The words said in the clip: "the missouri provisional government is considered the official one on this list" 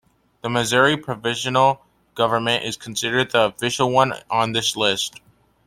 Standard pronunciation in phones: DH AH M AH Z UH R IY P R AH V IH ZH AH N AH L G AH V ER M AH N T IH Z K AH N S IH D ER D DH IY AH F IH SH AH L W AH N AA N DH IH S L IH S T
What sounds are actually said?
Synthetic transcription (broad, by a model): DH AH M AH Z UH R IY P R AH V IH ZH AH N L G AH V ER M AH N T IH Z K N S IH D ER D DH IY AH F IH SH L W AH N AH N DH IH S L IH S T